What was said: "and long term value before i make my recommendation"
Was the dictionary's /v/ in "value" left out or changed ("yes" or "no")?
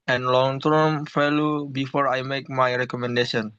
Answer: yes